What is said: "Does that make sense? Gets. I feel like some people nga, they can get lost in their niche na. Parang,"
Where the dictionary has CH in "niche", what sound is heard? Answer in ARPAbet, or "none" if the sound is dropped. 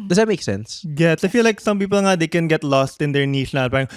S